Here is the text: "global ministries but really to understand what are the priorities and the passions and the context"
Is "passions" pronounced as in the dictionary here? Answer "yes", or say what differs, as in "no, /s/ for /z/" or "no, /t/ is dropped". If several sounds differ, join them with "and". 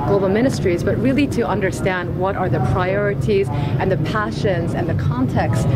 yes